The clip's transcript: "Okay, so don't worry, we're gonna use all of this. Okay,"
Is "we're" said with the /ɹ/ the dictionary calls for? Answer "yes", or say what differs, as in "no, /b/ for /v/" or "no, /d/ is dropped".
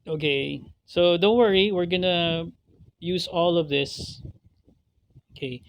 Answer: yes